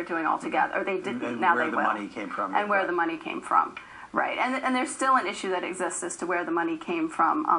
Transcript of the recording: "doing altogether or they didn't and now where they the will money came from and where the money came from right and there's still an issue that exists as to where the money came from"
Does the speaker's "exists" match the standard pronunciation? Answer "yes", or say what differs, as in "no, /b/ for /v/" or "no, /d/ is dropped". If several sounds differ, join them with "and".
yes